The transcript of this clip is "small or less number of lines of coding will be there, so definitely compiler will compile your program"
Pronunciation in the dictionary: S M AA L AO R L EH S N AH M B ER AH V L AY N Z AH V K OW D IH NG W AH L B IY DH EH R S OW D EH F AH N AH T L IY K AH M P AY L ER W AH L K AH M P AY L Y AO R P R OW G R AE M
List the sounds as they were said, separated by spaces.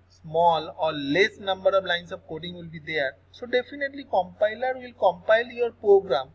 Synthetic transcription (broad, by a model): S M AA L AO R L EH S N AH M B ER AH V L AY N S AH V K OW D IH NG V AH L B IY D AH R S OW D EH F AH N AH T L IY K AH M P AY L ER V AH L K AH M P AY L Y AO R P R OW G R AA M